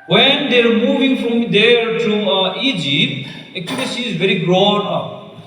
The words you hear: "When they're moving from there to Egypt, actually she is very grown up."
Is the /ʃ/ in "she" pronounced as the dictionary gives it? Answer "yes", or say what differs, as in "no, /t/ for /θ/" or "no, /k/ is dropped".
no, /s/ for /ʃ/